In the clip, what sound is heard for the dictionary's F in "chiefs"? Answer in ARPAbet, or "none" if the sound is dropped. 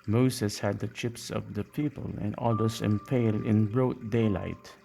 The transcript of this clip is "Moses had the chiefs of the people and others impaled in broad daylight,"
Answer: P